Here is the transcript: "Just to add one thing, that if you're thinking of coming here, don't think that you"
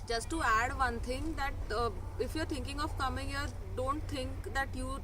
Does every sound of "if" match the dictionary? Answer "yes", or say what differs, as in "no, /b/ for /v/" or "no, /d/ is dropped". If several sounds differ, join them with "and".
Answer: yes